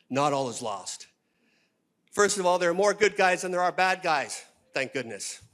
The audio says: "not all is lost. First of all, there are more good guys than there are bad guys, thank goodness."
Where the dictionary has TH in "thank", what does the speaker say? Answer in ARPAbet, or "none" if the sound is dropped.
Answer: TH